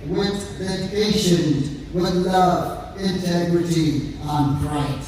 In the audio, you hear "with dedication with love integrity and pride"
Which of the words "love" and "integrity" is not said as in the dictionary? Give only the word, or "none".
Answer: none